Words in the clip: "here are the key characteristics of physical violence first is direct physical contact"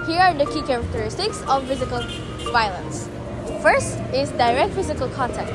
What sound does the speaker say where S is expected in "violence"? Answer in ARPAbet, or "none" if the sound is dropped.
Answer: S